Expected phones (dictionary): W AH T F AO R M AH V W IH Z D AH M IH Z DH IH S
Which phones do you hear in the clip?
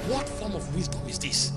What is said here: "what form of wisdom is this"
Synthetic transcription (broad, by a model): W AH T F AO R M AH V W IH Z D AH IH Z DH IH S